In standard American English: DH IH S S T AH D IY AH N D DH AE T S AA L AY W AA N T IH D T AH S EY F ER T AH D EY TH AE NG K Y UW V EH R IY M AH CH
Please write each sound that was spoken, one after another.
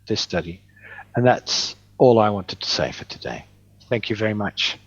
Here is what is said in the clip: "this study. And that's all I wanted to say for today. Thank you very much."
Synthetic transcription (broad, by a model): DH IH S S T AH D IY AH N DH AE T S AA L AY W AA N T IH D T AH S EY F ER T AH D EY TH AE NG K Y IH V EH R IY M AH CH